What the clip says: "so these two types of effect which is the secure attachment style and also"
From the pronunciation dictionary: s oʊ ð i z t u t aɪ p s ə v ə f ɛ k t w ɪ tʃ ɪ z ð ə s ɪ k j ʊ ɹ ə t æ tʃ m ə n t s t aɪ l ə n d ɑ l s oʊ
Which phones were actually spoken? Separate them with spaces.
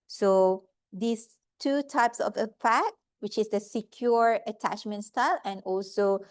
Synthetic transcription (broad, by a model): s oʊ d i s t u t aɪ p s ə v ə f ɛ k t w ɪ tʃ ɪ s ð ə s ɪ k j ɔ ɹ ə t æ tʃ m ə n t s t aɪ l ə n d ɑ l s oʊ